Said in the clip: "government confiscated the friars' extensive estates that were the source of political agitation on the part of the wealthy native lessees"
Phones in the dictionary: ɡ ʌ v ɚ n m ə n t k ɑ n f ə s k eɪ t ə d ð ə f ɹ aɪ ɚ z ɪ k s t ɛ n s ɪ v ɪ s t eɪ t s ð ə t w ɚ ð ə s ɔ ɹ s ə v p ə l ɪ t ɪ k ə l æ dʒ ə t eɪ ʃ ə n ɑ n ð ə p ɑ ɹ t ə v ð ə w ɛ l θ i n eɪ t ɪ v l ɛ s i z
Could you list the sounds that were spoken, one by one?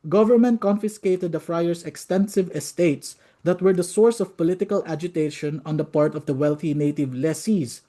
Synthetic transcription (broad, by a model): ɡ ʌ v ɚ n m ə n t k ɑ n f ə s k eɪ t ə d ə f ɹ aɪ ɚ s ɪ k s t ɛ n s ɪ v ɪ s t eɪ t s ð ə t w ɚ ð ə s ɔ ɹ s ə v p ə l ɪ t ɪ k ə l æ dʒ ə t eɪ ʃ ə n ɑ n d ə p ɑ ɹ t ə v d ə w ɛ l θ i n eɪ t ɪ v l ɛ s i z